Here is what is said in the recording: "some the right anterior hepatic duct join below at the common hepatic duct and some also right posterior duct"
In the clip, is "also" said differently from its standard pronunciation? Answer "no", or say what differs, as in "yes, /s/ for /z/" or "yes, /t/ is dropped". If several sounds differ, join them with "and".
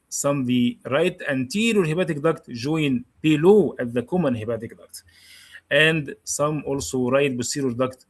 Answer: no